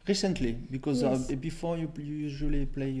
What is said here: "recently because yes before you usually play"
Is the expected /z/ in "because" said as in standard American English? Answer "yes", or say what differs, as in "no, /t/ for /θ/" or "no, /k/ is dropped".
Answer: yes